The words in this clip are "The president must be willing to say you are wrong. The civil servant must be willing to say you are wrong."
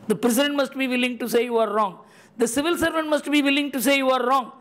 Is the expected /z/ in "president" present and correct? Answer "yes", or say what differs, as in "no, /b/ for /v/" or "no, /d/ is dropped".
no, /s/ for /z/